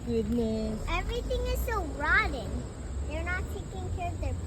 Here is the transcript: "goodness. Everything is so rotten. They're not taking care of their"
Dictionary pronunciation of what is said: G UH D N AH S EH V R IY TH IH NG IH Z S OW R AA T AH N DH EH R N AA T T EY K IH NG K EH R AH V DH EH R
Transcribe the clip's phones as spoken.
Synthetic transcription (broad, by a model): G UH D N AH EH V R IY T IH NG IH Z S OW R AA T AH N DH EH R N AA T T EY K IH NG K EH R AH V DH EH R